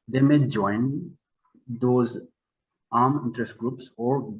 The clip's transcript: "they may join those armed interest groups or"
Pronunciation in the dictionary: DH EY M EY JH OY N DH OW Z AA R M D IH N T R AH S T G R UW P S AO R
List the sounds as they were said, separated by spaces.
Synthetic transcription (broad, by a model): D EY M EY JH OY N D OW Z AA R M IH N T R AH S T G R UW P S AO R